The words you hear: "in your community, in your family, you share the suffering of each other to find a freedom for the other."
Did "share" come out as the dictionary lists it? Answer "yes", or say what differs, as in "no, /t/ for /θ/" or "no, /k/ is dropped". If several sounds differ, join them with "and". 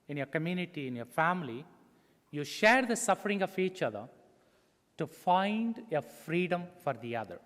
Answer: yes